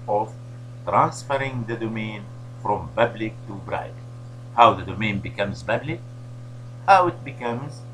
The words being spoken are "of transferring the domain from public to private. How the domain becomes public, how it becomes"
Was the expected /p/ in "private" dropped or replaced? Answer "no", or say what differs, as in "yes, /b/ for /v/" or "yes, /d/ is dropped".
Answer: yes, /b/ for /p/